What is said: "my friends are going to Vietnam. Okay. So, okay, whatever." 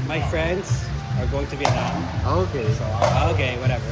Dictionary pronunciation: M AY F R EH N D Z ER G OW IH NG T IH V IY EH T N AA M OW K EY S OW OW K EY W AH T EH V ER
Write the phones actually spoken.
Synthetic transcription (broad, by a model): M AY F R EH N D Z ER G OW IH NG T IH B IY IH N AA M OW K EY S OW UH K EY W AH T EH V ER